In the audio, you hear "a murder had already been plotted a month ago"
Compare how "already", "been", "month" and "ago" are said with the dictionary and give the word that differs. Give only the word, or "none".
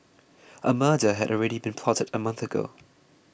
none